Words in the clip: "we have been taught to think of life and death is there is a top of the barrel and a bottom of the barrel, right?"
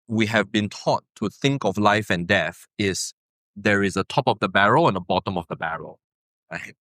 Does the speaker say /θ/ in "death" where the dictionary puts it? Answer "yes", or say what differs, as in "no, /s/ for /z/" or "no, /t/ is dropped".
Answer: yes